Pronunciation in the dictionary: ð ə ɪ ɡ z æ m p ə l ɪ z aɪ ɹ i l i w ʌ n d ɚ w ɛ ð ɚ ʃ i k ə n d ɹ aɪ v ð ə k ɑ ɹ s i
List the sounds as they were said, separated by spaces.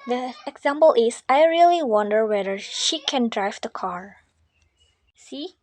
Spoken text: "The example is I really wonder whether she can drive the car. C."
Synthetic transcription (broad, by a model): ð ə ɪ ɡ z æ m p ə l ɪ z aɪ ɹ i l i w ʌ n d ɚ w ɛ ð ɚ ʃ i k ə n d ɹ aɪ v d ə k ɑ ɹ s i